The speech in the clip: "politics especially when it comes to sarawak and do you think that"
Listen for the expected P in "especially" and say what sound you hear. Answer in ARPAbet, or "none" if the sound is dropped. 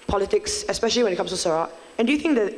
P